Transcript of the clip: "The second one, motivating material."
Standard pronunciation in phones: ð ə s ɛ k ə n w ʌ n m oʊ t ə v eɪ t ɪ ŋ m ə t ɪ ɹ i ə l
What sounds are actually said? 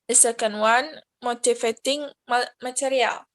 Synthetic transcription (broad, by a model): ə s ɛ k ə n w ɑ n m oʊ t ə f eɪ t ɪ ŋ m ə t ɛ ɹ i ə l